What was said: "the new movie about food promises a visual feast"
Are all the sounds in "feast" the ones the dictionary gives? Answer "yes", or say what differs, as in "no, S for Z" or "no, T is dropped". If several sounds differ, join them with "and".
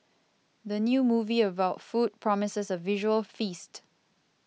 yes